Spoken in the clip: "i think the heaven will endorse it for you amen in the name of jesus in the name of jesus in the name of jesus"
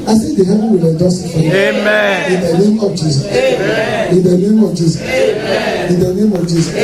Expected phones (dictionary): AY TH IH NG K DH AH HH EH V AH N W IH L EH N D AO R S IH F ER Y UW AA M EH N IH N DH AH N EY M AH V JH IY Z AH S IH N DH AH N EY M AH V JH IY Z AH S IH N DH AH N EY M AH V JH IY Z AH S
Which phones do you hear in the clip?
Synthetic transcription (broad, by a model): AY S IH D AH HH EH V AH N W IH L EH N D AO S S IH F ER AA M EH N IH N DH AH N EY M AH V JH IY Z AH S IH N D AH N EY M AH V JH IY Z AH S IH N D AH N EY M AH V JH IY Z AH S